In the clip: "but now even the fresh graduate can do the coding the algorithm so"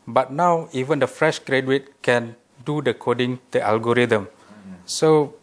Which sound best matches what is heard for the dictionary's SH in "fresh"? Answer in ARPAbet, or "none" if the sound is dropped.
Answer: SH